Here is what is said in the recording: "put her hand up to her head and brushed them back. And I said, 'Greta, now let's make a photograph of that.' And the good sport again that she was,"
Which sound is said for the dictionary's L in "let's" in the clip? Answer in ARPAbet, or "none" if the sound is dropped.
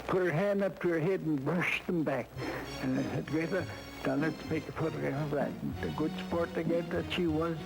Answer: N